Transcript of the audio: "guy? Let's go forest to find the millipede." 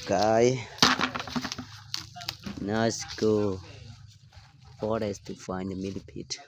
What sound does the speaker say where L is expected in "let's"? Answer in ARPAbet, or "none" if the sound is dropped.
N